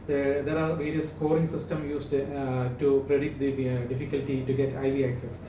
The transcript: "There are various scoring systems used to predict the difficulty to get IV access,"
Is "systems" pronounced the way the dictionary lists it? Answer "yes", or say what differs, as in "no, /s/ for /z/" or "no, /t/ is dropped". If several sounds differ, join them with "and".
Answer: no, /z/ is dropped